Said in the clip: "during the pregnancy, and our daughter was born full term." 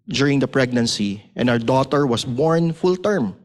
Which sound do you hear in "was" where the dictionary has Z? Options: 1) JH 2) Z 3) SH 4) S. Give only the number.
4